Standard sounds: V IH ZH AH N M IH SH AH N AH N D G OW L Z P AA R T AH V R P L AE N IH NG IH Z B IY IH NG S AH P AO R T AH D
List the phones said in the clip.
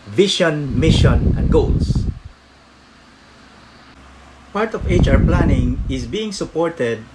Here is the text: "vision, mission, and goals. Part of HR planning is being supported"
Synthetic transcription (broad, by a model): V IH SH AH N M IH SH AH N AH N D G OW L S P AA R T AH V R P L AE N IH NG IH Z B IY IH NG S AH P AO R T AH D